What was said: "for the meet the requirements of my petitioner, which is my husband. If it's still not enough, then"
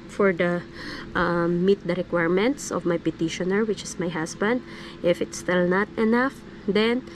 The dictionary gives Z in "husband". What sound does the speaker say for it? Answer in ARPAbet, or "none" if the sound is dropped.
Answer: S